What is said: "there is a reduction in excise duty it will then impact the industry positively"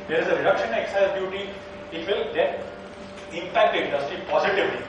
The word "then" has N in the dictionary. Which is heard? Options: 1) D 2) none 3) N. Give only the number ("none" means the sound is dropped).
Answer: 2